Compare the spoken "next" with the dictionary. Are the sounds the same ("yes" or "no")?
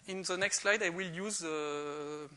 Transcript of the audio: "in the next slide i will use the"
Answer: yes